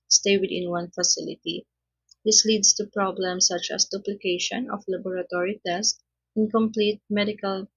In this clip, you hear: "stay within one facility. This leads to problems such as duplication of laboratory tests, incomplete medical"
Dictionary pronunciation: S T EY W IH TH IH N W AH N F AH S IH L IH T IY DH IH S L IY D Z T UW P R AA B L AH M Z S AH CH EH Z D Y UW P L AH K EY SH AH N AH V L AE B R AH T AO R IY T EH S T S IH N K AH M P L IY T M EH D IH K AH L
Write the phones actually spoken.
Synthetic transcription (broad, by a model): S T EY W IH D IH N W AH N F AH S IH L IH T IY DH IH S L IY D S T UW P R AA B L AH M S AH CH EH S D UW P L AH K EY SH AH N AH F L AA B R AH T AO R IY T EH S T IH N K AH M P L IY T M EH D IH K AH L